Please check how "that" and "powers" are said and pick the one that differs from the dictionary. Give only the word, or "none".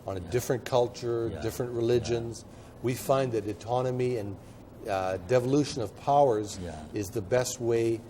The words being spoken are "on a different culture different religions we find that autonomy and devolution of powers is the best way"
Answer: none